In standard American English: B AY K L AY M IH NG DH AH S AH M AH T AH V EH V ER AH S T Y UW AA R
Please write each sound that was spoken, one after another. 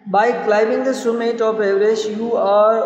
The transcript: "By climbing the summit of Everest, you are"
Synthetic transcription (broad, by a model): B AY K L AY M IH NG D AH S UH M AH T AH P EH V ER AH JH Y UW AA R